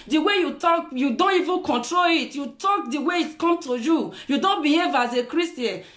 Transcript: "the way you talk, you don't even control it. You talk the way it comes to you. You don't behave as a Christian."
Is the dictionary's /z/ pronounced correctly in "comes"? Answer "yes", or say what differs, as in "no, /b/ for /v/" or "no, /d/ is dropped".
no, /z/ is dropped